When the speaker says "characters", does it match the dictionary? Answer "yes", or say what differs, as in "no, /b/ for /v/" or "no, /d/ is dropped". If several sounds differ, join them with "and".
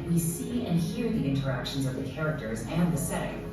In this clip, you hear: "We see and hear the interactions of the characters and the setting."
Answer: yes